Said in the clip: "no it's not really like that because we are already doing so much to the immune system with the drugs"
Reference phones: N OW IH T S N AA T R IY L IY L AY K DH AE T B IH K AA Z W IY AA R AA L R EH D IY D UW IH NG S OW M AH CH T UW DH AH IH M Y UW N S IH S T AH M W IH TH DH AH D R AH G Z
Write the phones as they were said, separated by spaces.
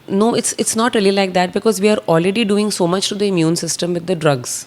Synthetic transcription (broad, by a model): N OW IH T S N AA T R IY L IY L AY K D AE T B IH K AA Z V IY AA R AA L R EH D IY D UW IH NG S OW M AH CH T UW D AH IH M Y UW N S IH S T AH M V IH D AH D R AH G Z